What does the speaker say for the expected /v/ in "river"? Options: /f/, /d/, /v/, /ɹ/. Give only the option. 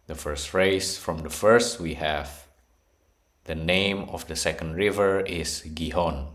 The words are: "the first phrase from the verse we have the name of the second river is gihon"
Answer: /v/